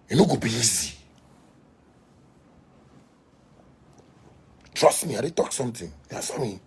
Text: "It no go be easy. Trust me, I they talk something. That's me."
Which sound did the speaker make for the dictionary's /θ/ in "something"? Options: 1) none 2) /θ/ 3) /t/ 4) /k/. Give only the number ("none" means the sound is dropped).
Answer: 3